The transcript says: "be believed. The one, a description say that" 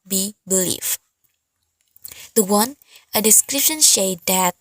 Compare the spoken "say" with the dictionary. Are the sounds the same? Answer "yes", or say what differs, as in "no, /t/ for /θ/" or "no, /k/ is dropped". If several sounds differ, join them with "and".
no, /ʃ/ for /s/